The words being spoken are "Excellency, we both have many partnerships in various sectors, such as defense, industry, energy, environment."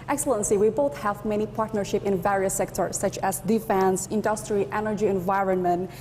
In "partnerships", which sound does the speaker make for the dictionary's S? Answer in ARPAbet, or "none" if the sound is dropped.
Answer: none